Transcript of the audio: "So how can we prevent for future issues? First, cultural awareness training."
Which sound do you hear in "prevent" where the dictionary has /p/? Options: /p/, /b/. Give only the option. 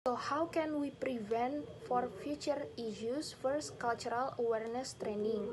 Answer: /p/